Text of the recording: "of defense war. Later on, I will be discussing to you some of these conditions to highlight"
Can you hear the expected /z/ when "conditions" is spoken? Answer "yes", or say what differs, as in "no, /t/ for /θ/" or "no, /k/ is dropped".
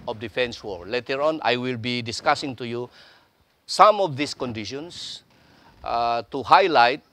no, /s/ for /z/